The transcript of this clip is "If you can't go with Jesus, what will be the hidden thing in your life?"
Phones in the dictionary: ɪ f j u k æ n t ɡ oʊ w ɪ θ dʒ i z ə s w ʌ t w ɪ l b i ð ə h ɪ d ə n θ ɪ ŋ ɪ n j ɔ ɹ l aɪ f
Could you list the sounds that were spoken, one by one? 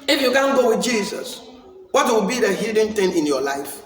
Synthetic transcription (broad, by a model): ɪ f j u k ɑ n ɡ oʊ w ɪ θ dʒ i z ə s w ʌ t w ɪ l b i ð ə h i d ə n t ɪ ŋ ɪ n j ɔ l aɪ f